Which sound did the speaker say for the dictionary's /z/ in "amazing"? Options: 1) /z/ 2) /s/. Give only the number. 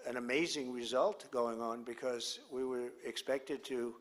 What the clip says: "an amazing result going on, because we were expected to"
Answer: 1